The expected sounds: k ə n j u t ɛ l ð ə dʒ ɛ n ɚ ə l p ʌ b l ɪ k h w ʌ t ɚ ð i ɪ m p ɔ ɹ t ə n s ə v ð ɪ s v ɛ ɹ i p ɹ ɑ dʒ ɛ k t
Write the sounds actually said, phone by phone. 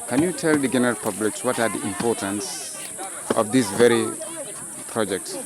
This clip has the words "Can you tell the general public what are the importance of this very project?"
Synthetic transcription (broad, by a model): k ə n j u t ɛ l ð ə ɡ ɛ n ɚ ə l p ʌ b l ɪ k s w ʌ t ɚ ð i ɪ m p ɔ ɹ t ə n s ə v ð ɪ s v ɛ ɹ i p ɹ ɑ dʒ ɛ k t